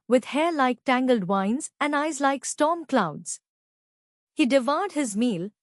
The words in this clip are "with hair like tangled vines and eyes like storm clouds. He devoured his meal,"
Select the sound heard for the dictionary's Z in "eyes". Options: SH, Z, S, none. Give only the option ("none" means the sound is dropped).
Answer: Z